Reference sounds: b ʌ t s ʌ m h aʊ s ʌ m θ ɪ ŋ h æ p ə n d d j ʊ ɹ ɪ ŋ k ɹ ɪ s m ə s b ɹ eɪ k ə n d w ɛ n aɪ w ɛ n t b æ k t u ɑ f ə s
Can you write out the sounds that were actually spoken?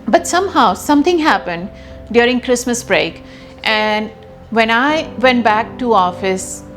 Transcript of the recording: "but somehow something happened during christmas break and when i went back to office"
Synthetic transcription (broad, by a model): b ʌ t s ʌ m h aʊ s ʌ m t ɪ ŋ h æ p ə n d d j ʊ ɹ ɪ ŋ k ɹ ɪ s m ə s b ɹ eɪ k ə n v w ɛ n aɪ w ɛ n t b æ k t u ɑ f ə s